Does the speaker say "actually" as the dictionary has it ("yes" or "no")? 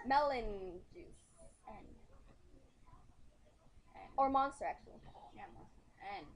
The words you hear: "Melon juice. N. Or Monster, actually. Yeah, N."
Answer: no